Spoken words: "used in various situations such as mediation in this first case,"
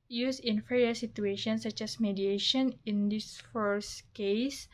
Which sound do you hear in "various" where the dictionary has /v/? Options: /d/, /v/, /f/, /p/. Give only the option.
/f/